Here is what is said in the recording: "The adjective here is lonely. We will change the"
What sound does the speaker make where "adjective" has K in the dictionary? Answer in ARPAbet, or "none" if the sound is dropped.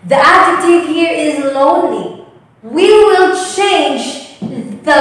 none